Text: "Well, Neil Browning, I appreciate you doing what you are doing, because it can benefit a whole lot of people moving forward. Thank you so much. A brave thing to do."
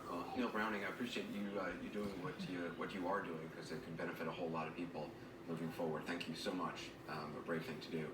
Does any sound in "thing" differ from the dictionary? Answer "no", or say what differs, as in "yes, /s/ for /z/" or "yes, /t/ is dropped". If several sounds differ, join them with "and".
no